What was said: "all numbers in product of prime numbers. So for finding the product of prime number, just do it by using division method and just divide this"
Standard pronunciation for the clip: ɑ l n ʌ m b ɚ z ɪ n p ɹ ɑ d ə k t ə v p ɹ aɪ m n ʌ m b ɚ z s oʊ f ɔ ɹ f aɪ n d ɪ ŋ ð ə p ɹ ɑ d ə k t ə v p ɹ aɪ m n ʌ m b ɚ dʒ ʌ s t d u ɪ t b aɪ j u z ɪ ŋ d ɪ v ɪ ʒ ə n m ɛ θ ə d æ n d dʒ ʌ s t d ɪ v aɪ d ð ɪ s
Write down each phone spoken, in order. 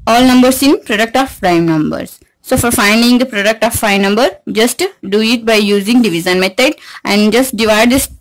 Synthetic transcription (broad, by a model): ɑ l n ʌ m b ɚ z ɪ n p ɹ ɑ d ə k t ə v p ɹ aɪ m n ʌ m b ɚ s s oʊ f ɔ ɹ f aɪ n d ɪ ŋ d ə p ɹ ɑ d ə k t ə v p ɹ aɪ n ʌ m b ɚ dʒ ʌ s t d u ɪ t b aɪ j u z ɪ ŋ d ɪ v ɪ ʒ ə n m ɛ t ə d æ n d dʒ ʌ s t d ɪ v aɪ d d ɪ s